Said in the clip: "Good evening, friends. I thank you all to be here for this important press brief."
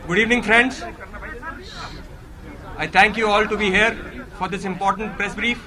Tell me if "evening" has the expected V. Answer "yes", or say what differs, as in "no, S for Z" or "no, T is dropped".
yes